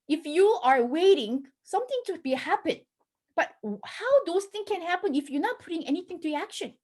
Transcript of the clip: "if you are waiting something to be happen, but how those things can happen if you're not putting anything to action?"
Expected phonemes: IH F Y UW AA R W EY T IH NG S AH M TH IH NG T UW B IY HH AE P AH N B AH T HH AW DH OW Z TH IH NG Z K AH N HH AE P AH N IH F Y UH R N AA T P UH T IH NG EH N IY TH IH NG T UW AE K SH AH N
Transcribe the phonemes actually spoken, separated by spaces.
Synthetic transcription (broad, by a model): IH F Y UW AA R W EY T IH NG S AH M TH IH NG T UW B IY HH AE P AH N B AH T HH AW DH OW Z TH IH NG K AH N HH AE P AH N IH F Y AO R N AA T P UH T IH NG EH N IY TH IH NG T UW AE K SH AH N